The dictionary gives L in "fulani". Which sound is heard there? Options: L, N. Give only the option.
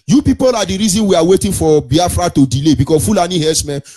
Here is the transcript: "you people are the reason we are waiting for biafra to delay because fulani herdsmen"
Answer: L